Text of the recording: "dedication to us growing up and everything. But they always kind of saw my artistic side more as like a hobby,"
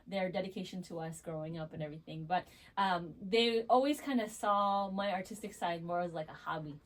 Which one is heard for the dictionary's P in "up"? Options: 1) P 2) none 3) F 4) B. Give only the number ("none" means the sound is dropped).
1